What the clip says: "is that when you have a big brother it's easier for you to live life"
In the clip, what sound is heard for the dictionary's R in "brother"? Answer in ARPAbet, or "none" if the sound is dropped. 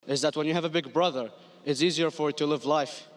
R